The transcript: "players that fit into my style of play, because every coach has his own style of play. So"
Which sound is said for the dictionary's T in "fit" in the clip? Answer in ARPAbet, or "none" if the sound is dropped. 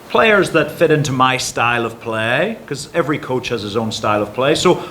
T